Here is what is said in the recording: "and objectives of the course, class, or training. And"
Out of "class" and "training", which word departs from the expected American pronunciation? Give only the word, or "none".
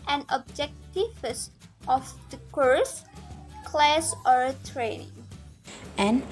none